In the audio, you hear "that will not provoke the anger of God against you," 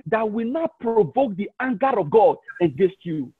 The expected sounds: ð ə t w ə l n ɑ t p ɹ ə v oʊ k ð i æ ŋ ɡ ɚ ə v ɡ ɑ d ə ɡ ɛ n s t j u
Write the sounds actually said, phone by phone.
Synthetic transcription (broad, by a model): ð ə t w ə n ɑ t p ɹ ə v oʊ k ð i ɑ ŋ ɡ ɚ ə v ɡ ɑ d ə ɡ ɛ s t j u